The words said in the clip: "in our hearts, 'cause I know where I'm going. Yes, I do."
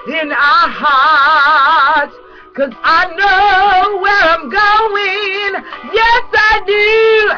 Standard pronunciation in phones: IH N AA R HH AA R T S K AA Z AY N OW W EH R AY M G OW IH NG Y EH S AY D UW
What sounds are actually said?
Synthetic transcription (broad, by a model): IH N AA HH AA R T K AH Z AY N OW W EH R AY M G OW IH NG Y EH S AY D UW